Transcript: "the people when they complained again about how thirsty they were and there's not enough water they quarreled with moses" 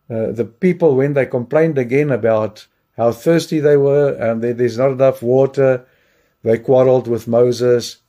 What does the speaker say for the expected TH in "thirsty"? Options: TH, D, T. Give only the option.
TH